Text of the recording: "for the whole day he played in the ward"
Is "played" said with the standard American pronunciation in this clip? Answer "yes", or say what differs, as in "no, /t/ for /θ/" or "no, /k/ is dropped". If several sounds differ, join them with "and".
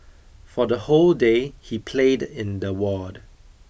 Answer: yes